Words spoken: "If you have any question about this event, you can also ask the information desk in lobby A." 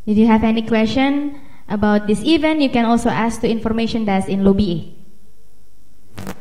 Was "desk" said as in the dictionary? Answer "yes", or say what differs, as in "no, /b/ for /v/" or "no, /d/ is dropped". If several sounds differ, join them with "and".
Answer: no, /k/ is dropped